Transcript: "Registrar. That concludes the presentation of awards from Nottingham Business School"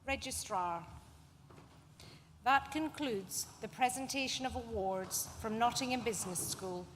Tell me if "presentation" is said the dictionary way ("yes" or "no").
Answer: yes